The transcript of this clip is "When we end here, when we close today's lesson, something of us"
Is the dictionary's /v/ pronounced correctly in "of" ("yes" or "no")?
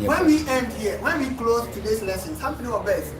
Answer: no